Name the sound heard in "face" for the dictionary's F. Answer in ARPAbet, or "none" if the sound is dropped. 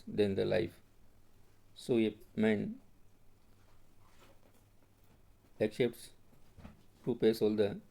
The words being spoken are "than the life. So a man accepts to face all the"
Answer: P